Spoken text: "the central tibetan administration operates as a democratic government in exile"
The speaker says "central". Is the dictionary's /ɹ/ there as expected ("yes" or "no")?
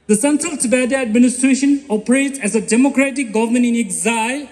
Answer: yes